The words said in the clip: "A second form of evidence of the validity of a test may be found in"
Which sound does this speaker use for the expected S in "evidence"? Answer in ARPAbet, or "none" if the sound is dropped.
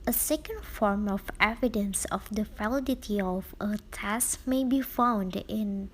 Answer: S